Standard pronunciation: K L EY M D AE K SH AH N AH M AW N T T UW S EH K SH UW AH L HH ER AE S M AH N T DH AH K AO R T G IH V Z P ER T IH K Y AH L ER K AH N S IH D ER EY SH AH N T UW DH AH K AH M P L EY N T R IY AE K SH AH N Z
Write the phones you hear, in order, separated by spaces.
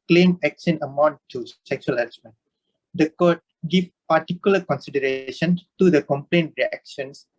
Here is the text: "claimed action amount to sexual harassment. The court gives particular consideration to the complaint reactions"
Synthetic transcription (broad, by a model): K L EY M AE K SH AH N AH M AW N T T UW S EH K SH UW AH L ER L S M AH N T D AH K AO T G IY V P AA T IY K Y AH L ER K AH N S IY D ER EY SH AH N T UW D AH K AH M P L EY N T R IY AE K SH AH N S